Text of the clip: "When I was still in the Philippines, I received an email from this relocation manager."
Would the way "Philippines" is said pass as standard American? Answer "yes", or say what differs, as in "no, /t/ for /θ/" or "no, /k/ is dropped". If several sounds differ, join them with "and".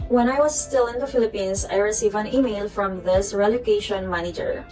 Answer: no, /s/ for /z/